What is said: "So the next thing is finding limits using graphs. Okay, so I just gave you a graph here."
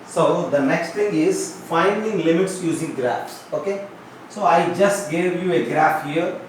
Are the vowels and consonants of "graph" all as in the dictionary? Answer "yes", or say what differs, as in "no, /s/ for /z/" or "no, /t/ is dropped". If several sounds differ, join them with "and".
yes